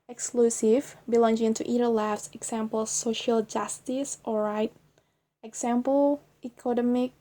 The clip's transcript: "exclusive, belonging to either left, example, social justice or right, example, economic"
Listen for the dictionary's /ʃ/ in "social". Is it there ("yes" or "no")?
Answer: yes